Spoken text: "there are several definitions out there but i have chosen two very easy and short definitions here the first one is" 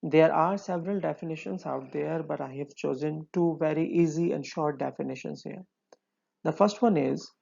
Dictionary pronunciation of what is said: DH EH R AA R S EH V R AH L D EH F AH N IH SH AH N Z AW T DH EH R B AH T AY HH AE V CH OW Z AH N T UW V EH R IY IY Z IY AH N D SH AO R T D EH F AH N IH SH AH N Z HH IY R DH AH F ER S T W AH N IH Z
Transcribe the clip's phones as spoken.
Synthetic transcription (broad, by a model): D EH R AA R S EH V R AH L D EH F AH N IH SH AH N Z AW T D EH R B AH T AY HH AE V CH OW Z AH N T UW V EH R IY IY Z IY AH N D SH AO R T D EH F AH N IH SH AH N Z HH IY R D AH F ER S T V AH N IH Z